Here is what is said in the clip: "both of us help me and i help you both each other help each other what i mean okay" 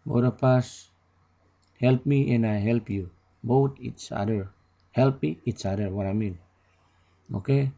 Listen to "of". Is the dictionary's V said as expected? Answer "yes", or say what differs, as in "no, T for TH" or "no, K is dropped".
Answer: no, P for V